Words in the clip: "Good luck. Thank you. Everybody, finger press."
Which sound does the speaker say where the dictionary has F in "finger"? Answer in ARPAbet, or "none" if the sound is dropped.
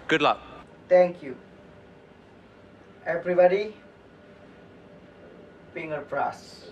P